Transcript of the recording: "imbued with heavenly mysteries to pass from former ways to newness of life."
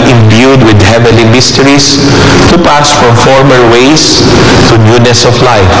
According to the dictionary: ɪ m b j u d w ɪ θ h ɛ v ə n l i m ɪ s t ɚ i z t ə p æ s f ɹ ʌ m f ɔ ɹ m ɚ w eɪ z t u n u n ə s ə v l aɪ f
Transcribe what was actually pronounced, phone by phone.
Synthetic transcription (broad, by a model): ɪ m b j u d w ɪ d h ɛ v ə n l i m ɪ s t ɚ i s t ə p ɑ s f ɹ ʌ m f ɔ ɹ m ɚ w eɪ s t u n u n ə s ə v l aɪ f